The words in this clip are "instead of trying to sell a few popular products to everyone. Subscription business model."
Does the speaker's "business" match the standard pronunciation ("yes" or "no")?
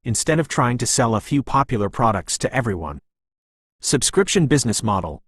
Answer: yes